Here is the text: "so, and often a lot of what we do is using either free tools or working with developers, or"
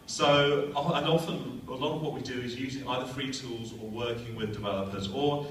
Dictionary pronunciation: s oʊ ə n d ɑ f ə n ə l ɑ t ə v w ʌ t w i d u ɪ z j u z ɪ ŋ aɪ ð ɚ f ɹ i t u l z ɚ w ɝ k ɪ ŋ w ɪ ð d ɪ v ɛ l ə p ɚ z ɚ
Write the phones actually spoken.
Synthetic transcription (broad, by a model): s oʊ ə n ɑ f ə n ə l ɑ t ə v w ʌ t w i d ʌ ɪ z j u z ɪ ŋ aɪ ð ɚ f ɹ i t u l z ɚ w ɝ k ɪ ŋ w ɪ ð d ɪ v ɛ l ə p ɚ z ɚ